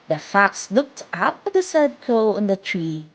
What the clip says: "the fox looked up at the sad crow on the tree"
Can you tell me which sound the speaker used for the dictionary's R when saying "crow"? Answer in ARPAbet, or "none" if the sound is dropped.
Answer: none